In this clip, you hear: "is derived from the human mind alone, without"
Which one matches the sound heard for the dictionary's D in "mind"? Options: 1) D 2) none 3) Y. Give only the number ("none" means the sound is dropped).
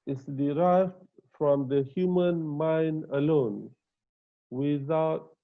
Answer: 1